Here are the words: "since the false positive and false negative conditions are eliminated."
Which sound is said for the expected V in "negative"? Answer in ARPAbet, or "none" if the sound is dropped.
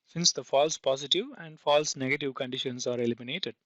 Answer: V